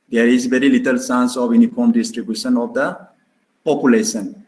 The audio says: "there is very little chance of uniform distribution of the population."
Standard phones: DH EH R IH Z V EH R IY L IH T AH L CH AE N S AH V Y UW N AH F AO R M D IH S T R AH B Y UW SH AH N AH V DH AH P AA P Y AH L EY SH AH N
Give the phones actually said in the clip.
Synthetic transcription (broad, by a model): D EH R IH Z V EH R IY L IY T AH L S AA N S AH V Y UW N AH F AO R M D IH S T R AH B Y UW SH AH N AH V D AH P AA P Y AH L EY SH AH N